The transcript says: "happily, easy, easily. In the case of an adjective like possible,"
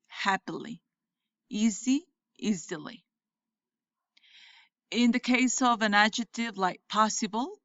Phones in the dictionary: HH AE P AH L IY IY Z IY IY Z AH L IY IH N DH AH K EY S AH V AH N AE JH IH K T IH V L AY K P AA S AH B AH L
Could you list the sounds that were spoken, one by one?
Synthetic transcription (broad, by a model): HH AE P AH L IY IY Z IY IY Z AH L IY IH N DH AH K EY S AH V AH N AE JH IH K T IH V L AY K P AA S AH B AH L